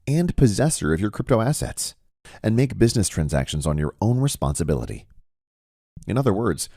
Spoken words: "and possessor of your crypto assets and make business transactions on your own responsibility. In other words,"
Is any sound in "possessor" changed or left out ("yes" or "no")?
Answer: no